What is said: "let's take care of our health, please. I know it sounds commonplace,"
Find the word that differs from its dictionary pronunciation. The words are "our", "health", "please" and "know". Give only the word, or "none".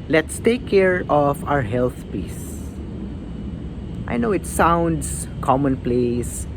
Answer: please